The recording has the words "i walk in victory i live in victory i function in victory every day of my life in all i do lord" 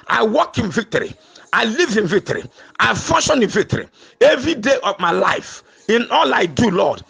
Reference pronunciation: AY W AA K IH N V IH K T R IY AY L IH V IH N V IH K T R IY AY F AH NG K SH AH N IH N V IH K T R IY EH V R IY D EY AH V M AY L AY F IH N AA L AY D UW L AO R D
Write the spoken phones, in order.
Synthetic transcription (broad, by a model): AY W AA K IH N V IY K T R IY AY L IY V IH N V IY K T R IY AY F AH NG SH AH N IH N V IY K T R IY EH V R IY D EY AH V M AY L AY F IH N AA L AY D UW L AO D